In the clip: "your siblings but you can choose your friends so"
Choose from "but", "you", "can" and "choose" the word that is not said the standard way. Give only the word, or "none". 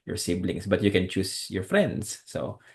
choose